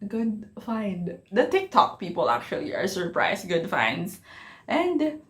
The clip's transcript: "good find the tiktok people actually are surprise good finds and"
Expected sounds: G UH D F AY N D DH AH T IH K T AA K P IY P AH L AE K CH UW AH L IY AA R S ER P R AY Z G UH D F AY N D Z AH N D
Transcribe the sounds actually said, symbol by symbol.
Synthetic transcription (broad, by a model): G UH D F AY N D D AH T IH K T AA K P IY P AH L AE K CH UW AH L IY AA R S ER P R AY S G UH D F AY N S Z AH N D